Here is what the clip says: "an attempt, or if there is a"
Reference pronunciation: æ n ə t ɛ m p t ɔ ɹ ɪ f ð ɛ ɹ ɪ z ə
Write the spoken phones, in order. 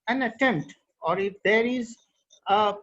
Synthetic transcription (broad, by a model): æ n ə t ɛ m t ɔ ɹ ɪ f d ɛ ɹ ɪ z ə